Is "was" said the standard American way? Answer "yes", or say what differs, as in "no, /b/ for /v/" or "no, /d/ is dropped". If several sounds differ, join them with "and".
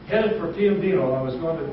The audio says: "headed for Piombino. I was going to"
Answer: yes